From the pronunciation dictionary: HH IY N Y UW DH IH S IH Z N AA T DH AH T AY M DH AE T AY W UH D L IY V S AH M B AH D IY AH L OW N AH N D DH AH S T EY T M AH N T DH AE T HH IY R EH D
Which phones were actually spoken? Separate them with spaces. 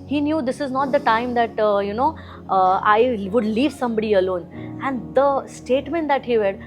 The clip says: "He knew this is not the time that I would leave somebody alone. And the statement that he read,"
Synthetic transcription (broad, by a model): HH IY N Y UW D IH S IH Z N AA T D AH T AY M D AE T AY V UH D L IY V S AH M B AH D IY AH L OW N AH N D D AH S T EY T M AH N T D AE T HH IY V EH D